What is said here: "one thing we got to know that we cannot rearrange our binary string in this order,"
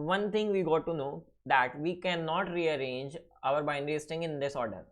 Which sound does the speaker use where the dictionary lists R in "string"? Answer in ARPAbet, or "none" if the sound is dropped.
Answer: none